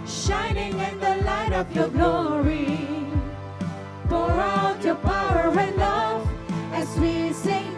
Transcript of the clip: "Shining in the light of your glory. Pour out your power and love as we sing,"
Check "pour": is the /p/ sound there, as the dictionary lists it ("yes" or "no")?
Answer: no